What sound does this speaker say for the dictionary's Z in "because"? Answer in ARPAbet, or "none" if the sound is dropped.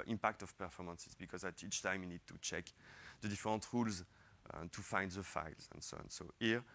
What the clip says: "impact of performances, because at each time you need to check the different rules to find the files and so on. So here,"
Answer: Z